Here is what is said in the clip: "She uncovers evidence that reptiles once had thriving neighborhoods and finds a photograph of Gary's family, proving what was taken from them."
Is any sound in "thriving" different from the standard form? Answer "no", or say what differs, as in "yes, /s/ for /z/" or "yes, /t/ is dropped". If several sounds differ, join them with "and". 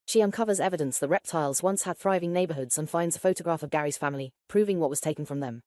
no